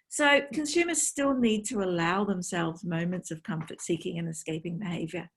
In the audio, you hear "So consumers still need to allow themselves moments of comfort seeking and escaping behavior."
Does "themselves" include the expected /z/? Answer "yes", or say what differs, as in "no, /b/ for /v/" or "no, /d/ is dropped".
yes